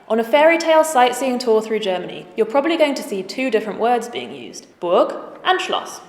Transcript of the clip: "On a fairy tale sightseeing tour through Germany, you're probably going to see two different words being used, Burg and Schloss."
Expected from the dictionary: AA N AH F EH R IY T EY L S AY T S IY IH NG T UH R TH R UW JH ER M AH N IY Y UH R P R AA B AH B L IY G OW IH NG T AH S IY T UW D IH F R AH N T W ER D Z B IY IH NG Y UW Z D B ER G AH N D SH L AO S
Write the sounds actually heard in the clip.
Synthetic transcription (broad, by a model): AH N AH F EH R IY T EY L S AY T S IY IH NG T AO TH R UW JH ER M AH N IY Y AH P R AA B AH B L IY G OW IH NG T AH S IY T UW D IH F R AH N T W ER D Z B IY IH NG Y UW Z D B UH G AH N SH L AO S